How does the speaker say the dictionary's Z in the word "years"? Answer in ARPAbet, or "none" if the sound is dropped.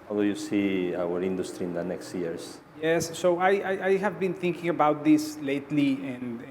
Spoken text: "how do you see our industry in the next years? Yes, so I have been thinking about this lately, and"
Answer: S